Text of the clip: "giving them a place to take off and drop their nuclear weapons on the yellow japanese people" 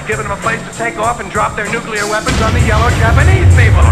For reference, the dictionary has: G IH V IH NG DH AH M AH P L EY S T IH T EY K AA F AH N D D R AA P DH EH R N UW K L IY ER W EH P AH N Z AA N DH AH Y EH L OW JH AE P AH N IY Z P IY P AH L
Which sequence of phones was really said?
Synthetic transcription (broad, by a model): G IH V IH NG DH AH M AH P L EY S T IH T EY K AA F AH N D D R AA P DH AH R N UW K L IY ER W EH P AH N Z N DH AH Y EH L OW JH AE P AH N IY Z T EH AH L